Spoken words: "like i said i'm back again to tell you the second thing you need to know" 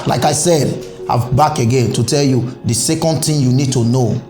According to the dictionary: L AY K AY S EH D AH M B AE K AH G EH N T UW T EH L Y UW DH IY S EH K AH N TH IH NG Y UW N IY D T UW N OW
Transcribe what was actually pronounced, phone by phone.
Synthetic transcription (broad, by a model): L AY K AY S EH D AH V B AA K AH G EH N T UW T EH L Y UW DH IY S EH K AH N T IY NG Y UW N IY D T UW N OW